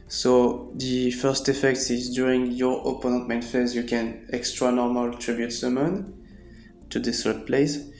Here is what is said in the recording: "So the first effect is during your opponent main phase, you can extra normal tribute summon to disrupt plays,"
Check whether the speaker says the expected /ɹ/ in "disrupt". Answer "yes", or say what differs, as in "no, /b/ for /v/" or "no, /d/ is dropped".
no, /ɹ/ is dropped